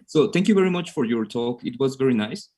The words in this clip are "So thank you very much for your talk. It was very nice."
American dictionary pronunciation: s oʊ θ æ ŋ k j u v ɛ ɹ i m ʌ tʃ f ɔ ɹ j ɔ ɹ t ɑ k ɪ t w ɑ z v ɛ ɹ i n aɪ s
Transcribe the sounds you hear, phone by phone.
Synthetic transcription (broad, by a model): s oʊ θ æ ŋ k j u v ɛ ɹ i m ʌ tʃ f ɔ ɹ j ɔ ɹ t ɑ k ɪ t w ɑ z v ɛ ɹ i n aɪ s